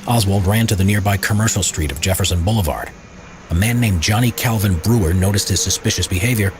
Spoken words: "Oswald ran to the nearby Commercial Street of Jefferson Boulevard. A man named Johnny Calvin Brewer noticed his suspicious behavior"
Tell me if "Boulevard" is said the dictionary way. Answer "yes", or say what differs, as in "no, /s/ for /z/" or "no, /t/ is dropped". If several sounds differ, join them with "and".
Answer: yes